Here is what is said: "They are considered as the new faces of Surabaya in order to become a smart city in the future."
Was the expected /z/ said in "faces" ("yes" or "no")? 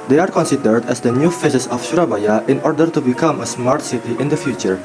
no